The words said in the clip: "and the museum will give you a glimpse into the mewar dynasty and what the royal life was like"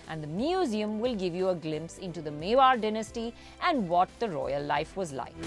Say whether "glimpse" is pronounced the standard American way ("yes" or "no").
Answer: yes